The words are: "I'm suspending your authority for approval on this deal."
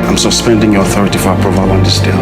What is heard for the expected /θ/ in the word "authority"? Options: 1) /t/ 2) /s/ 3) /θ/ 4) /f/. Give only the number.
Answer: 3